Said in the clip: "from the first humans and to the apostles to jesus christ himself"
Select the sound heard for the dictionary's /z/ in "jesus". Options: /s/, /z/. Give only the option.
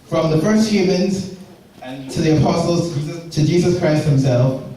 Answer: /z/